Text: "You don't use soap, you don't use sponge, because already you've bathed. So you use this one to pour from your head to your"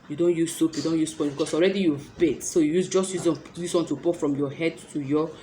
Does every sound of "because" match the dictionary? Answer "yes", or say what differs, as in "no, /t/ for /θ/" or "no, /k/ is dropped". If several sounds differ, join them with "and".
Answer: no, /s/ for /z/